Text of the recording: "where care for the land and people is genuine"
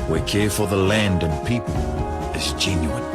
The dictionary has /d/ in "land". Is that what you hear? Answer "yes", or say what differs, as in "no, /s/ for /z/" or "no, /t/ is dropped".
yes